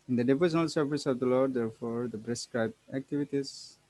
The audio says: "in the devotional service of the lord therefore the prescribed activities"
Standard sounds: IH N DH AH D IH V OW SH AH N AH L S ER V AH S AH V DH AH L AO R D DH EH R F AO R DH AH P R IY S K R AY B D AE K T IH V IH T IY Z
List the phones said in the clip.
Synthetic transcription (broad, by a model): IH N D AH D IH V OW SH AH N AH L S ER V AH S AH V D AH L AO R D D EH R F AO R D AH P R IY S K R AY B AE K T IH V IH T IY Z